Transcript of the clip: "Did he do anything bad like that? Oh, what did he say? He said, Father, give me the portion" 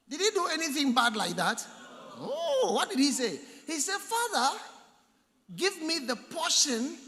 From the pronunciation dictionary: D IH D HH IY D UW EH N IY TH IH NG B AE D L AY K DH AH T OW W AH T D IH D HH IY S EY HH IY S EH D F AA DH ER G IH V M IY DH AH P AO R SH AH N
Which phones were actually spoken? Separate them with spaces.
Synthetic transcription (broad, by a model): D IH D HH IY D UW EH N IY TH IH NG B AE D L AY K DH AH T OW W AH T D IH D HH IY S EY HH IY S EH D F AA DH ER G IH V M IY DH AH P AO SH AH N